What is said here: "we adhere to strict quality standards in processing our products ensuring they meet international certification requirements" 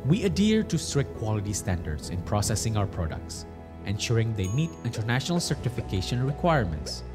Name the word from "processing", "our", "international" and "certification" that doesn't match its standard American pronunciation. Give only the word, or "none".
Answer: none